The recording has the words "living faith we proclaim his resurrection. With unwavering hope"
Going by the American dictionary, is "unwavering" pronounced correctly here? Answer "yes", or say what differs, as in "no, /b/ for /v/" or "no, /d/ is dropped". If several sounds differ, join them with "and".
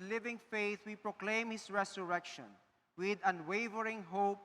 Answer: yes